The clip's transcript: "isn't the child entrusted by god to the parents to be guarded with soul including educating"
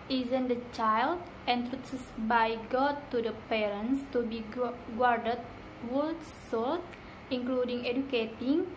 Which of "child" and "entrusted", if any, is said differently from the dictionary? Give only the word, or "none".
entrusted